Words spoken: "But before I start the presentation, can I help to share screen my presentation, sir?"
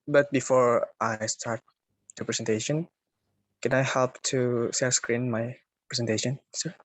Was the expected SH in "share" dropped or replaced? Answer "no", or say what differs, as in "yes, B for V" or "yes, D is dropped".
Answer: yes, S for SH